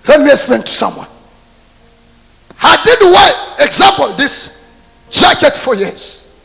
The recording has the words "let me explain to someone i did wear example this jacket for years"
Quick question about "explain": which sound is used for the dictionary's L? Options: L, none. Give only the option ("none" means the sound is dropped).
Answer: none